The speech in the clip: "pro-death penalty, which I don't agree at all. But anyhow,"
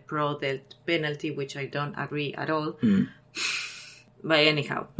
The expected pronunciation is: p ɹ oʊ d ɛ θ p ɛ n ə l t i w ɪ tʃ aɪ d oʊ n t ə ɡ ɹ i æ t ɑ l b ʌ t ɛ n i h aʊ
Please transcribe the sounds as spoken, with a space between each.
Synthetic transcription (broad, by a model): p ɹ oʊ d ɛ t p ɛ n ə l t i w ɪ tʃ aɪ d oʊ n t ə ɡ ɹ i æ t ɑ l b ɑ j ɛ n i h aʊ